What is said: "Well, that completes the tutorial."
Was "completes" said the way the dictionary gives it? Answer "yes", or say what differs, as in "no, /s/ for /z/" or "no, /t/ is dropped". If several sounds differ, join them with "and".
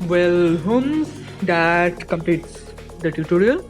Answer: yes